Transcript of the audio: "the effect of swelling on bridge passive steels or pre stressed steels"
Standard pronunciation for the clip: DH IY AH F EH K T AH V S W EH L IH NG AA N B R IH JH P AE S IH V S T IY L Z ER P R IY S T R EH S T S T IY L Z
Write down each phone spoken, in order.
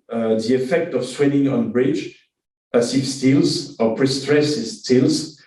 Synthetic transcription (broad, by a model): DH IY AH F EH K T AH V S W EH N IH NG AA N B R IH JH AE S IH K S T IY L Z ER P R IY S T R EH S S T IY L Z